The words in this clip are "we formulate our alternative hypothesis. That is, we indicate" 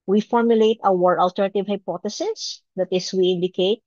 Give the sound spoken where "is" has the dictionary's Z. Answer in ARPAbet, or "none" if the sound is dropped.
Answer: S